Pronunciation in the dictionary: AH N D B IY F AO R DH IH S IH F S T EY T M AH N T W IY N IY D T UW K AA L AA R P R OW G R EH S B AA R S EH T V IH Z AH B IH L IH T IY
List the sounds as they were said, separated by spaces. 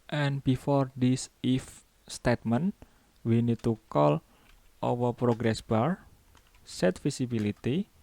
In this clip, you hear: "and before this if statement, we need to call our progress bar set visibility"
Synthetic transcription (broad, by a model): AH N B IY F AO R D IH S IH F S T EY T M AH N W IY N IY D T UW K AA L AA W P R OW G R EH S B AA R S EH T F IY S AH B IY L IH T IY